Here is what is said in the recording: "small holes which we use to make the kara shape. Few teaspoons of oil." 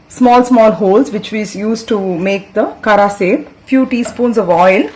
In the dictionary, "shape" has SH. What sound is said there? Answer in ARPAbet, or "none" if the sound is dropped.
S